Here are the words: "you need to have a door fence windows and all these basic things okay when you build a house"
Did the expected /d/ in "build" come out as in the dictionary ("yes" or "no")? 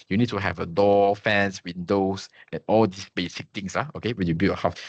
no